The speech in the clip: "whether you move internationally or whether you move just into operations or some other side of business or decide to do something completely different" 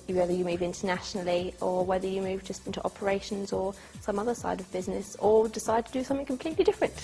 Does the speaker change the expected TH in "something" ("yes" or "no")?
no